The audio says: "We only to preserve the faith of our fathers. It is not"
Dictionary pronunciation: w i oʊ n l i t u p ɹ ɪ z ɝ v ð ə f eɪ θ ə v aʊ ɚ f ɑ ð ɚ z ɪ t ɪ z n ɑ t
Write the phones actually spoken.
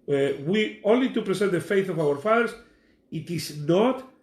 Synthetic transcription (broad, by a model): w i oʊ n l i t u p ɹ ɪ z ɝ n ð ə f eɪ θ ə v aʊ ɚ f ɑ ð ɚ s ɪ t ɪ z n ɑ t